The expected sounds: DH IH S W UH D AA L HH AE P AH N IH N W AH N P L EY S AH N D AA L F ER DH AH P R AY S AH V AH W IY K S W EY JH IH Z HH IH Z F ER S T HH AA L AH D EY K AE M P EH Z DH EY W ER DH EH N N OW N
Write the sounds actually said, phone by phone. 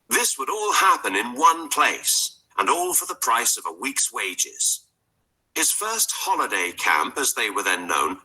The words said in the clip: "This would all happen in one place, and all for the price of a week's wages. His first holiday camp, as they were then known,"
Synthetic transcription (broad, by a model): DH IH S W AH D AA L HH AE P AH N IH N W AH N P L EY S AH N AA L F ER DH AH P R AY S AH V AH W IY K S W EY JH IH Z HH IH Z F ER S T HH AA L AH D EY K AE M P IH Z DH EY W ER DH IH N N OW N